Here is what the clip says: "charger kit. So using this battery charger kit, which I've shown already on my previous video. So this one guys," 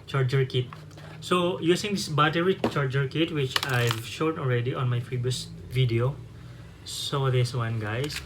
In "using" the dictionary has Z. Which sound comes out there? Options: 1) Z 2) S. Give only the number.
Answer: 2